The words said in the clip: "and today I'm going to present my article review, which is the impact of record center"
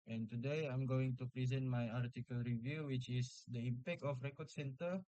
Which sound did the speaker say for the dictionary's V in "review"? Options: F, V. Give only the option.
V